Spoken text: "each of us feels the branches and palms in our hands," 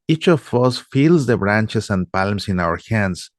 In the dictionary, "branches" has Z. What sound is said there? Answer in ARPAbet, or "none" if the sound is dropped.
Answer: S